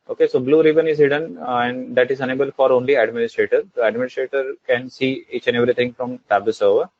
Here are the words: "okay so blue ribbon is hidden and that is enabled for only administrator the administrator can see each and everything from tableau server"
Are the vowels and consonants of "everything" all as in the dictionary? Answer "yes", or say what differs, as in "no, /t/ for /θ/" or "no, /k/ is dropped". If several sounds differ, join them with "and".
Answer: no, /t/ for /θ/